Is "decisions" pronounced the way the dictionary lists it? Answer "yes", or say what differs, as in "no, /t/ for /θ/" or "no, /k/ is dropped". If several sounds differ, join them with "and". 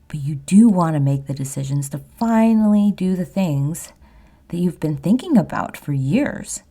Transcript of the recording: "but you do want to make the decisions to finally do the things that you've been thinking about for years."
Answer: yes